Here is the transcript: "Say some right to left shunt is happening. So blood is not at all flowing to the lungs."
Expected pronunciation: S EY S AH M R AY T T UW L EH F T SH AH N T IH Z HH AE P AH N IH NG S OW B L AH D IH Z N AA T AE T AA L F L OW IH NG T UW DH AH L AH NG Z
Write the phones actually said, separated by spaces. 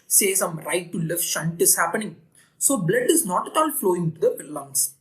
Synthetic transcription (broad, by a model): S EY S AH M R AY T T UW L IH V SH AH N T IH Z HH AE P AH N IH NG S OW B L AH D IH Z N AA T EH T AA L F L OW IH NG T UW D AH L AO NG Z